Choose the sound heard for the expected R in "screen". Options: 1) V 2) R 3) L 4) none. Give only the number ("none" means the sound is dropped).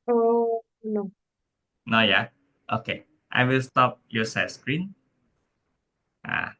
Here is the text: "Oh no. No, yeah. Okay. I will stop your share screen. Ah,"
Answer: 2